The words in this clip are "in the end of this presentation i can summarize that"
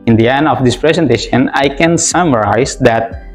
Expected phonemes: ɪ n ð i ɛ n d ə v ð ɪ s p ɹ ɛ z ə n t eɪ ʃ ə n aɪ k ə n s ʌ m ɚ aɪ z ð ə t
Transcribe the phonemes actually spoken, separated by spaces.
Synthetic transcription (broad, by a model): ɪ n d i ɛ n ə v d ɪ s p ɹ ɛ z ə n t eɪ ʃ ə n aɪ k ə n s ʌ m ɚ aɪ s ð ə t